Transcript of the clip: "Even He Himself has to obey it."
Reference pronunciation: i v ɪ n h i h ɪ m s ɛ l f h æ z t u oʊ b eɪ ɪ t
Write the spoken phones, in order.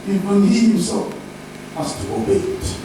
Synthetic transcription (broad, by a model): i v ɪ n h i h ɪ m s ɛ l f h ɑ s t u oʊ b eɪ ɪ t